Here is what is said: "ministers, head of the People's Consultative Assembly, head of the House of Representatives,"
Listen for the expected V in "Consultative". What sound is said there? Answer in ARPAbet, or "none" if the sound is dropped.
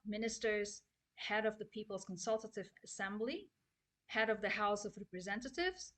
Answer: V